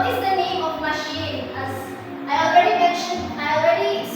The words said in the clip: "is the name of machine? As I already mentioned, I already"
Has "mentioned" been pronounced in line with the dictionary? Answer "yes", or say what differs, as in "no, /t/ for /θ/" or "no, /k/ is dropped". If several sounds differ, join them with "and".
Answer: no, /d/ is dropped